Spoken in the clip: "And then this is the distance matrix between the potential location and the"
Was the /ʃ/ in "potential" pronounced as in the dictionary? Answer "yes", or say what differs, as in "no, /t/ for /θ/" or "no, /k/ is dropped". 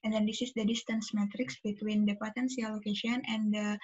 no, /s/ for /ʃ/